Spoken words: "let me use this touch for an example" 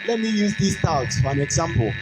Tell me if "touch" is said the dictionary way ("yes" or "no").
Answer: no